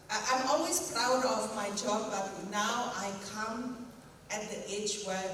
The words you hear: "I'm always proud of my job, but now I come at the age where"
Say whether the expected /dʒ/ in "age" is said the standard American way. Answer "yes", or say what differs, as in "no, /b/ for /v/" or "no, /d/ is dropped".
no, /tʃ/ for /dʒ/